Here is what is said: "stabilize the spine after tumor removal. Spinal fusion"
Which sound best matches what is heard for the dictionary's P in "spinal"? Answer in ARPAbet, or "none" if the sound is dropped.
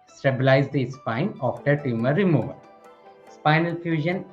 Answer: P